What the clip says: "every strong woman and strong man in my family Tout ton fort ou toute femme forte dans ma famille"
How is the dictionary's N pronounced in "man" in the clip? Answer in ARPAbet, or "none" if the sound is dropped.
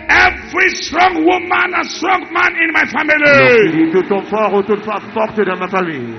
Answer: N